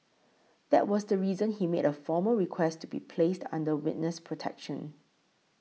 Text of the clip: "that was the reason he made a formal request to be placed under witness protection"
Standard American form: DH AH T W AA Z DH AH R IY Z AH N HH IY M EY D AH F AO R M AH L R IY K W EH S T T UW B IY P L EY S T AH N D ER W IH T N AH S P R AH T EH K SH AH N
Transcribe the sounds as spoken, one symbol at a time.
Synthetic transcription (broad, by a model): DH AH T W AA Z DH AH R IY Z AH N HH IY M EY D AH F AO M AH R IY K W EH S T T UW B IY P L EY S T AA N D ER W IH T N AH S P R AH T EH K SH AH N